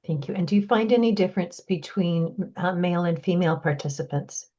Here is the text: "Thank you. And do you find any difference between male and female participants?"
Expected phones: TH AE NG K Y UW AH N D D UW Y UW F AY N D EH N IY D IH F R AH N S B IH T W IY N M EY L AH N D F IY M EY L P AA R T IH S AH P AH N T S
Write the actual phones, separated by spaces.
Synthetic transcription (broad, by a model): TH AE NG K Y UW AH N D D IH Y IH F AY N D EH N IY D IH F R AH N S B IH T W IY N M EY L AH N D F IY M EY L P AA R T IH S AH P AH N T S